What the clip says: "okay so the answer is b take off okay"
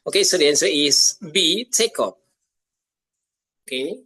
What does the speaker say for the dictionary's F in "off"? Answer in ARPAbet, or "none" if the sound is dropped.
P